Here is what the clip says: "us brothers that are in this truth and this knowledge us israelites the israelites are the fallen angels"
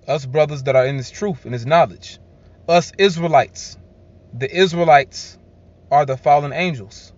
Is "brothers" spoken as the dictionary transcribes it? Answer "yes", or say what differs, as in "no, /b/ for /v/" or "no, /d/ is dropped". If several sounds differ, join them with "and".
yes